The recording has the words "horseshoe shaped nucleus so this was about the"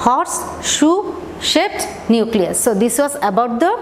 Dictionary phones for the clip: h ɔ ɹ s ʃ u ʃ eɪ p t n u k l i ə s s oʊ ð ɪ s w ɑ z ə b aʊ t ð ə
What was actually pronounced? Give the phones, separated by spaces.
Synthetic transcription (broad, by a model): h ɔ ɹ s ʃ u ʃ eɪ t n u k l i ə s s oʊ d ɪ s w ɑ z ə b aʊ t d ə